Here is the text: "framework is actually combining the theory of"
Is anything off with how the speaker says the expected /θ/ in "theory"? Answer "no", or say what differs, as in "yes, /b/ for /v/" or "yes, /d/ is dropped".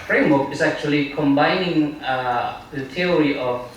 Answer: yes, /t/ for /θ/